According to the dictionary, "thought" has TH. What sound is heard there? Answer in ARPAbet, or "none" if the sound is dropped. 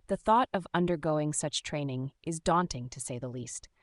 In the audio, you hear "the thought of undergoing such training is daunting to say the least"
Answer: TH